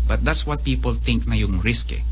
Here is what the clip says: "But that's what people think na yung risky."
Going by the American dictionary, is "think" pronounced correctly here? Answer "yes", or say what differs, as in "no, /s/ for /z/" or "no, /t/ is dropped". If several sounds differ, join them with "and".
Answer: no, /t/ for /θ/